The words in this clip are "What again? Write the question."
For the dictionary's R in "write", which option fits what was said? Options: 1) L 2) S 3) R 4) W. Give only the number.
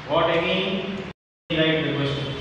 1